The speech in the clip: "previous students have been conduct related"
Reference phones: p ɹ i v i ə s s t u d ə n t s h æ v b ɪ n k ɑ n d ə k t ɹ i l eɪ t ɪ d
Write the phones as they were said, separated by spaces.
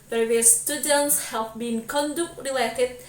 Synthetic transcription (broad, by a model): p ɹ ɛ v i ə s s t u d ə n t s h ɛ p b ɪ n k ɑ n d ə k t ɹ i l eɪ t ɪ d